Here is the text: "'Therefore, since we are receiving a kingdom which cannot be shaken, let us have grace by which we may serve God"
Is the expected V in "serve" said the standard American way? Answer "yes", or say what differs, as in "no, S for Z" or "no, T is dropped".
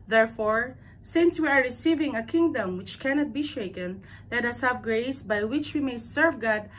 yes